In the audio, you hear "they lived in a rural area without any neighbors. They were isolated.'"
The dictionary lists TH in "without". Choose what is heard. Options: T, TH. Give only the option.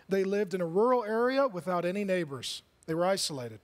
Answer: TH